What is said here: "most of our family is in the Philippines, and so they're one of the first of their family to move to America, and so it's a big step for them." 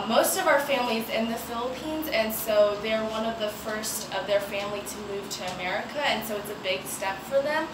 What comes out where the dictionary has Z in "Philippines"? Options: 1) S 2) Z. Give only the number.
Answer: 2